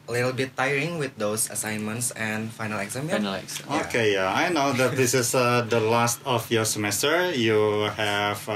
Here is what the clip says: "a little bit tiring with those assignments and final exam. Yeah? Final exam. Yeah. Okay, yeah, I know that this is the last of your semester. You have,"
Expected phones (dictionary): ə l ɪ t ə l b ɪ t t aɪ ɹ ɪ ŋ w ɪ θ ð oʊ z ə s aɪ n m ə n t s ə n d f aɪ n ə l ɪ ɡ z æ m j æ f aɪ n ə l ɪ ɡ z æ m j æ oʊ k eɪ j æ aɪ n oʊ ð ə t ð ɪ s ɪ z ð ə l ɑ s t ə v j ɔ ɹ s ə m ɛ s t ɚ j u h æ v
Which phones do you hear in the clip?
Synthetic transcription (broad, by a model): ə l ɪ t ə l b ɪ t t aɪ ɹ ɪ ŋ w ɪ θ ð oʊ s ə s aɪ n m ə n t s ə n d f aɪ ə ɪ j n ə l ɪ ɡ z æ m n oʊ k eɪ j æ aɪ n oʊ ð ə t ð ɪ s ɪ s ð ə l ɑ s t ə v j ɔ ɹ s ə m ɛ s t ɚ j u h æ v